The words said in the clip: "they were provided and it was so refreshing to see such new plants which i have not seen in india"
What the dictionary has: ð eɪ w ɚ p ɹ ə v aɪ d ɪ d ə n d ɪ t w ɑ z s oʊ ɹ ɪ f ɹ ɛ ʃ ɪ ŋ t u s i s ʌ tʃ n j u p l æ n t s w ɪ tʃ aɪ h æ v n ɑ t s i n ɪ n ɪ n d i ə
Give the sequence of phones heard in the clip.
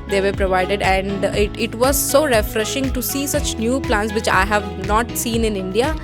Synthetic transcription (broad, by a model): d eɪ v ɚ p ɹ ə v aɪ d ɪ d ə n d ɪ t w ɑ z s oʊ ɹ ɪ f ɹ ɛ ʃ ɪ ŋ t u s i s ʌ tʃ n j u p l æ n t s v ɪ tʃ aɪ h æ v n ɑ t s i n ɪ n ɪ n d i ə